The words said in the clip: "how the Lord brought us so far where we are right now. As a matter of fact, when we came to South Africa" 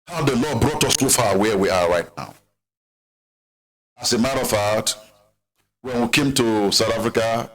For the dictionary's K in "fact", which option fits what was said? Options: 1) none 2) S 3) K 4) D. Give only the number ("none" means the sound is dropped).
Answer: 1